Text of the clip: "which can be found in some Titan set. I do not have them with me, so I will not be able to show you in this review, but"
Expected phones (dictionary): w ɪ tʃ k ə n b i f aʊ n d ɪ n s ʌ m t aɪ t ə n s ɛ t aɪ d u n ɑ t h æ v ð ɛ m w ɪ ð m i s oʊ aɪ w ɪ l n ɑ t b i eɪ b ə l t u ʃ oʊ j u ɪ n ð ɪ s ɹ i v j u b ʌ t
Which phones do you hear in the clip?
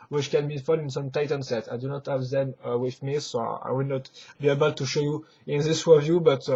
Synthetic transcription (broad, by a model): w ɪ tʃ k ə n b i f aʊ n ɪ n s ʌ m t aɪ t ə n s ɛ t aɪ d u n ɑ t h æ v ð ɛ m w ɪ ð m i s oʊ aɪ w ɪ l n ɑ t b i eɪ b ə l t u ʃ oʊ j u ɪ n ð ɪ s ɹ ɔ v j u b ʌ t